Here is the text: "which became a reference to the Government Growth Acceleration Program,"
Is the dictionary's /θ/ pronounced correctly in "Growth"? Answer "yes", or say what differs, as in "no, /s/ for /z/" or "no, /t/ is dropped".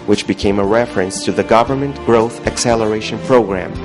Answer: yes